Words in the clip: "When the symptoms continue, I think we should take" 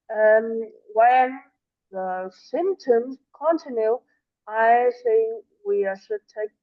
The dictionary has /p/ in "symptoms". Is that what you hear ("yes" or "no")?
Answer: yes